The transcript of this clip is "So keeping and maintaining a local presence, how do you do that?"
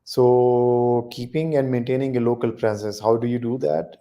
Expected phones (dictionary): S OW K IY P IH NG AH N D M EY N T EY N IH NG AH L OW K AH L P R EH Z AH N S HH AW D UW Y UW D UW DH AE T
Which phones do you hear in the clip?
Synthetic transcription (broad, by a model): S OW K IY P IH NG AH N D M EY N T EY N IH NG AH L OW K AH L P R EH S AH S HH AW D UW Y UW D UW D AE T